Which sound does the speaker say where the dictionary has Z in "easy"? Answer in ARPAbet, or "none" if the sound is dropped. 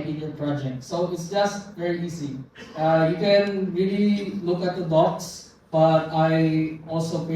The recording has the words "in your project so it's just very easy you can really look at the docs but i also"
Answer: S